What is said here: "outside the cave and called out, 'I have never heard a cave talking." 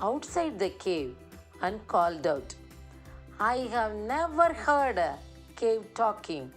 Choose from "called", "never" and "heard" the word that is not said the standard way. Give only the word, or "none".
none